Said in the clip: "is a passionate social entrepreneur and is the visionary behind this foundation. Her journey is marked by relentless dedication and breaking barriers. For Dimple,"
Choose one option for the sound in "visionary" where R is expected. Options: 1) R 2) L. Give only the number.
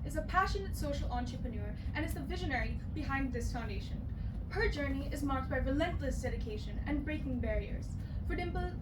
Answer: 1